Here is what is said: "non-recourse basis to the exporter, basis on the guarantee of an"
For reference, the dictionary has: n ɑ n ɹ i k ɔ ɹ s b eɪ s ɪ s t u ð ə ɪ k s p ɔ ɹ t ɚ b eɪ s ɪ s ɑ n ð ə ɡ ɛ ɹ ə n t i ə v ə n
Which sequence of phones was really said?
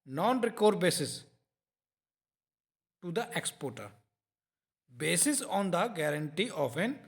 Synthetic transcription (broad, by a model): n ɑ n ɹ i k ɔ ɹ b eɪ s ɪ s t u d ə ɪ k s p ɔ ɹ t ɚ b eɪ s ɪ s ɑ n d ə ɡ ɛ ɹ ə n t i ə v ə n